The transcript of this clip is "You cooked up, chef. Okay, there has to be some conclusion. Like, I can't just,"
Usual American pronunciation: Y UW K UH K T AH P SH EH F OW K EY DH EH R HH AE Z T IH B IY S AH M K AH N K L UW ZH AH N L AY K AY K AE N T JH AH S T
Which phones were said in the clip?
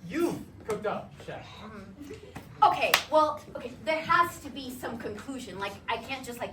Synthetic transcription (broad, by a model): Y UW K UH K T AH P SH EH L OW K EY DH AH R HH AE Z T IH B IY S AH M K AH N K L UW ZH AH N L AY K AY K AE N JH AH S T